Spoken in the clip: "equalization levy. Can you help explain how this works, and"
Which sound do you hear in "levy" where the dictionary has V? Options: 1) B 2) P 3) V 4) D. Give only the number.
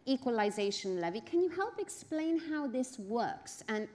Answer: 3